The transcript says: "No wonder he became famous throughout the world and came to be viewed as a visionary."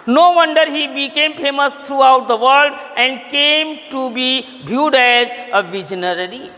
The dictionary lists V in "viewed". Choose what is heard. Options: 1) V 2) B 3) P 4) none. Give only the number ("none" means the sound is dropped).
2